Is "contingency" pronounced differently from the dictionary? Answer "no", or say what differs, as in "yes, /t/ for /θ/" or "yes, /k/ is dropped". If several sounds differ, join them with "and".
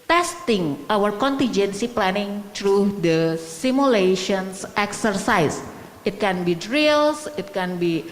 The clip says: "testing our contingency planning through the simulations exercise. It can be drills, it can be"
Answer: no